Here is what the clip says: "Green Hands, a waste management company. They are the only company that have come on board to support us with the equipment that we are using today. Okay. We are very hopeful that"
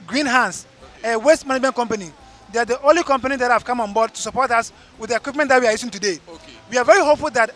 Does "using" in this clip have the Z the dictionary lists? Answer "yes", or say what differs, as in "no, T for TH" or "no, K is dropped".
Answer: no, S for Z